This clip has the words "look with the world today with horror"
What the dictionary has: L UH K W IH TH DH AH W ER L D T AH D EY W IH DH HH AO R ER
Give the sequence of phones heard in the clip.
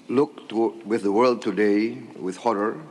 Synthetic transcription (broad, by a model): L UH K W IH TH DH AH W ER L D T AH D EY W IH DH HH AO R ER